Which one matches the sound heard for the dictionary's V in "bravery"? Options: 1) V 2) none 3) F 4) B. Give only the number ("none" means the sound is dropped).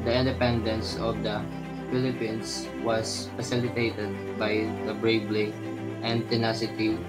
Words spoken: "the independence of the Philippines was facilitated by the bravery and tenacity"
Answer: 4